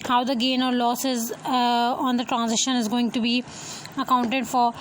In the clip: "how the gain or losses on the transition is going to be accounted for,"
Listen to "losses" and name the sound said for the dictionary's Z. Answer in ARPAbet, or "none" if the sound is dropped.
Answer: Z